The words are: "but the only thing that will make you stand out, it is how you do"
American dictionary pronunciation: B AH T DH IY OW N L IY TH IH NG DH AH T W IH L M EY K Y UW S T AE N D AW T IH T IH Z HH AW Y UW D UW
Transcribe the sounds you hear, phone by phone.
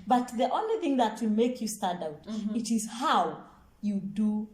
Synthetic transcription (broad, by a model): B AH T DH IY OW N L IY TH IH NG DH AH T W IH M EY K Y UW S T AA D AW T IH T IH Z HH AW Y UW D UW